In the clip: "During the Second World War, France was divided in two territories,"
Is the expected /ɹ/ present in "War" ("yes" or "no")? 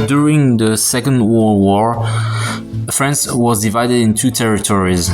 yes